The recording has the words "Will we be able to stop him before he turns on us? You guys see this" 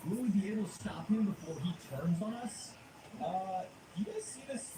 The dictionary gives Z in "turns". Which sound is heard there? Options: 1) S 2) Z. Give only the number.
2